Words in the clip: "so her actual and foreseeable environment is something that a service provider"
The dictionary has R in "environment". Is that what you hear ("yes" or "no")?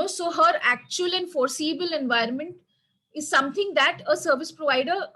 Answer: yes